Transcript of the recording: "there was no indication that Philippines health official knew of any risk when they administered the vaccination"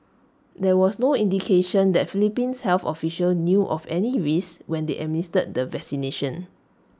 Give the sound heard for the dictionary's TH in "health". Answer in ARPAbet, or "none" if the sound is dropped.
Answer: F